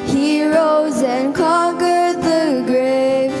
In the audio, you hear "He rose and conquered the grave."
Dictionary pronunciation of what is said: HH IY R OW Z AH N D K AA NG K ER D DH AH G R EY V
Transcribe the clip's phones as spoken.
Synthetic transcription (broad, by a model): HH IY R OW Z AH N K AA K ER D DH AH G R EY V